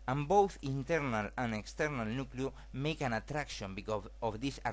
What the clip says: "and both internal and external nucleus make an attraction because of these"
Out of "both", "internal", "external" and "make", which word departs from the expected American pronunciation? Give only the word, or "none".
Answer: none